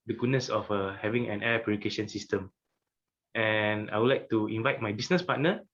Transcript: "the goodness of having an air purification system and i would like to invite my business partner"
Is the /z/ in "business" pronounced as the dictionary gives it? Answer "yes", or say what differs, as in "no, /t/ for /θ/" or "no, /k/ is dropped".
no, /s/ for /z/